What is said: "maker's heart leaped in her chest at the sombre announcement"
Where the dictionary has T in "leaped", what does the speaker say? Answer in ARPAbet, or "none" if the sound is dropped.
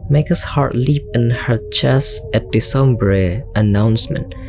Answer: none